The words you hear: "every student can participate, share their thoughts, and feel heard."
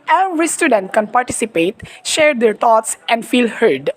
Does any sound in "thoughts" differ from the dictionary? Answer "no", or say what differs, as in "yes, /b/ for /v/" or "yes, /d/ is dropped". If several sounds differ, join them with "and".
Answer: yes, /t/ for /θ/